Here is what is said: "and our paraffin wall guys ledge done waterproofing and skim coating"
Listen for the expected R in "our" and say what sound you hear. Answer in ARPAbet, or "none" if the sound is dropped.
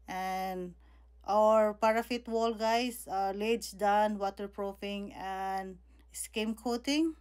R